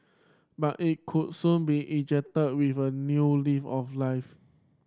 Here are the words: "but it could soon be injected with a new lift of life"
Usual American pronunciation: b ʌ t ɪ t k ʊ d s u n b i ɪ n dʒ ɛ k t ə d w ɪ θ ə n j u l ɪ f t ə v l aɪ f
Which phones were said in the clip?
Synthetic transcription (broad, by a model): b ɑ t ɪ t k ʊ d s u n b i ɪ dʒ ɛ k t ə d w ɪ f ə n j u l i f ə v l aɪ f